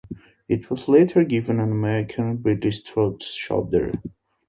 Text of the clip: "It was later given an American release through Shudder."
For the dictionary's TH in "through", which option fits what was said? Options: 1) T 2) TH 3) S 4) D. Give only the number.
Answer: 1